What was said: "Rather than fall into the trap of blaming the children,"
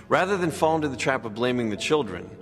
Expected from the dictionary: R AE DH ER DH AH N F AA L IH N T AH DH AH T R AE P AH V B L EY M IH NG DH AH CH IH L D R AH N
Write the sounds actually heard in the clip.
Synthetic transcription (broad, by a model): R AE DH ER DH AH N F AA L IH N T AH DH AH T R AE P AH V B L EY M IH NG DH AH CH IH L D R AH N